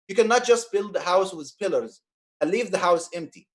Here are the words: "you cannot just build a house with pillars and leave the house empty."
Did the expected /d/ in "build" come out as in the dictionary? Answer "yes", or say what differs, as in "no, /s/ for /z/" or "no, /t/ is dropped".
yes